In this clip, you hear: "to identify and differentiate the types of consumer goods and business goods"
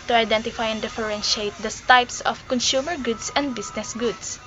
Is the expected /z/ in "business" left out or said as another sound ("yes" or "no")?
yes